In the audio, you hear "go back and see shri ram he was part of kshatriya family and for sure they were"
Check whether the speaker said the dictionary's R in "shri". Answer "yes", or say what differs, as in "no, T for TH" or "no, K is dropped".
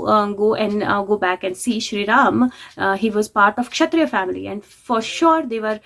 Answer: yes